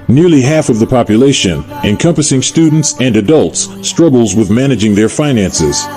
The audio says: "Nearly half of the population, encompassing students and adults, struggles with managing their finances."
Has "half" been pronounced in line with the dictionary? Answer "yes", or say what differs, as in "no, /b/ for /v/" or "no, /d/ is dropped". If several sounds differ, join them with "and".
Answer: yes